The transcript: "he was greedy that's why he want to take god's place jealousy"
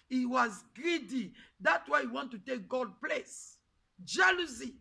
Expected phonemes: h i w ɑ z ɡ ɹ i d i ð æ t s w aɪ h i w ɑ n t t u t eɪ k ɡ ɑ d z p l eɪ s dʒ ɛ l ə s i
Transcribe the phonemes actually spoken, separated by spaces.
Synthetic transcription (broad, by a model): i w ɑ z ɡ ɹ i d i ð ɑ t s w aɪ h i w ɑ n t t u t eɪ k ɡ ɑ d p l eɪ s dʒ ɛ l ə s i